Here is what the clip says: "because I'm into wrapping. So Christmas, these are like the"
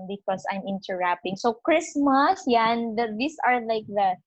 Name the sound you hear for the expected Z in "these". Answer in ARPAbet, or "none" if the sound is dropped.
S